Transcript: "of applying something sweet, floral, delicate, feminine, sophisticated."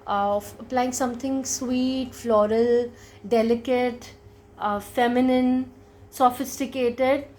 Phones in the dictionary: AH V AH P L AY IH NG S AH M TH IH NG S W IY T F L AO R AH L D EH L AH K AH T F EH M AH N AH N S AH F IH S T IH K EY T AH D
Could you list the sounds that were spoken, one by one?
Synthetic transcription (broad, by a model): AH AH P L AY IH NG S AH M T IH NG S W IY T F L AO R AH L D EH L AH K AH T F EH M AH N AH N S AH F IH S T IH K EY T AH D